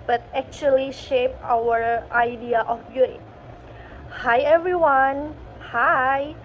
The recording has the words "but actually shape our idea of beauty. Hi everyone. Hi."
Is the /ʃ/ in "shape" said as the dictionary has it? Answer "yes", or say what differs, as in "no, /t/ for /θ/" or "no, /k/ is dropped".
yes